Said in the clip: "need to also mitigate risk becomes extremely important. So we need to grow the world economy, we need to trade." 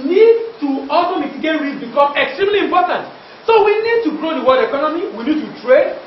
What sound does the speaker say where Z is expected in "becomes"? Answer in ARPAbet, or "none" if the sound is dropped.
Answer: none